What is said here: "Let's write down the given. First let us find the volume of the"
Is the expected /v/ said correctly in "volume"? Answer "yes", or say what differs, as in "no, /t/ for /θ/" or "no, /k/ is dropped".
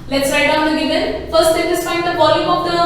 no, /b/ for /v/